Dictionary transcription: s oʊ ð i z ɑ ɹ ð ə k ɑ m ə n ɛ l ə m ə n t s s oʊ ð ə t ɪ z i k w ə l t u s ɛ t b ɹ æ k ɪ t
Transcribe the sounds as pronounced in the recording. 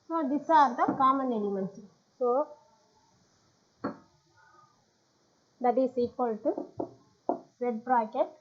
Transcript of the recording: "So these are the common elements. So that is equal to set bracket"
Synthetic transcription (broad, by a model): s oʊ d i s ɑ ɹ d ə k ɑ m ə n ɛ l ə m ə n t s s oʊ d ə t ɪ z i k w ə l t u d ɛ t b ɹ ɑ k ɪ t